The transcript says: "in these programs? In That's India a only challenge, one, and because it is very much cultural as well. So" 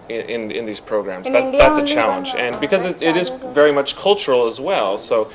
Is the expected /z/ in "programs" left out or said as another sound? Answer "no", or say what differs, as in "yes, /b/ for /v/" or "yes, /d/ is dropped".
no